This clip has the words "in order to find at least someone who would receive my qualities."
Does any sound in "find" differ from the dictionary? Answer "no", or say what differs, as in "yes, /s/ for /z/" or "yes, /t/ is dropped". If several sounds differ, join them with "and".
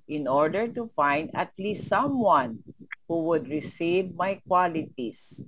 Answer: no